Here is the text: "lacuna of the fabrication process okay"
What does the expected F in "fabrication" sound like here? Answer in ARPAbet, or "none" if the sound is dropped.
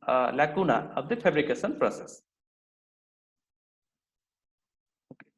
P